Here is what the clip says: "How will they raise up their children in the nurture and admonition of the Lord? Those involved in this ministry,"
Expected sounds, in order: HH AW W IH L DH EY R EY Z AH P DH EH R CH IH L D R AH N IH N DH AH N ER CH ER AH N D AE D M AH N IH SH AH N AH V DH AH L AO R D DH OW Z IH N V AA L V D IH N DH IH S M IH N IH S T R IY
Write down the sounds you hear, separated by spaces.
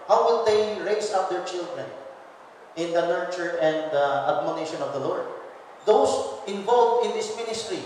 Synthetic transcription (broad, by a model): HH AW W IH L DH EY R EY S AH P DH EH R CH IH L D R AH N IH N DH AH N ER CH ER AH N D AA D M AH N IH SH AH N AH V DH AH L AO R D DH OW S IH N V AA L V IH N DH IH S M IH N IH S T R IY